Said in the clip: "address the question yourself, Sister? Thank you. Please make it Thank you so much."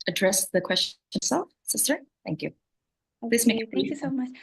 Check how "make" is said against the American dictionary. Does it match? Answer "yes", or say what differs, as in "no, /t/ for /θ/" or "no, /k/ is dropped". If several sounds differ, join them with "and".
no, /k/ is dropped